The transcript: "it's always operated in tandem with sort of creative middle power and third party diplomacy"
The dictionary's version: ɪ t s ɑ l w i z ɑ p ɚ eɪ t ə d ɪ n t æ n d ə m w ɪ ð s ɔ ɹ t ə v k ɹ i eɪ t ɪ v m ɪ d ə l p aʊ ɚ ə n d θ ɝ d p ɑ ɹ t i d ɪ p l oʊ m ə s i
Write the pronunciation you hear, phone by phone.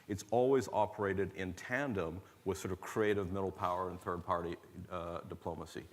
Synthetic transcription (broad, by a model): ɪ t s ɑ l w i z ɑ p ɚ eɪ t ə d ɪ n t æ n d ə m w ɪ ð s ɔ ɹ t ə v k ɹ i eɪ t ɪ v m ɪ d l p aʊ ɚ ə n θ ɝ d p ɑ ɹ t i d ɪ p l oʊ m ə s i